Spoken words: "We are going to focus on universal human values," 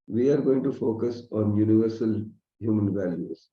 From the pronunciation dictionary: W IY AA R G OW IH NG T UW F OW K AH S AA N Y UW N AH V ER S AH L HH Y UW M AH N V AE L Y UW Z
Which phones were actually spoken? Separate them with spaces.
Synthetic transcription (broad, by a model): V IY AA R G OW IH NG T UW F OW K AH S AA N Y UW N AH V ER S AH L HH Y UW M AH N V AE L Y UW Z